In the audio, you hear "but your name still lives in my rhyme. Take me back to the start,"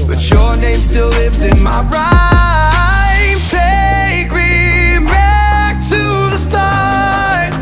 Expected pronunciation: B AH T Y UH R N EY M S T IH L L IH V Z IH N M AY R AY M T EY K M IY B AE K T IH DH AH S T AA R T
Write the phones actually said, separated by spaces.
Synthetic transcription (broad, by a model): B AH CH Y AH R N EY M S T IH L L IH V Z IH N M AY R AY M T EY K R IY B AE K T IH DH AH S T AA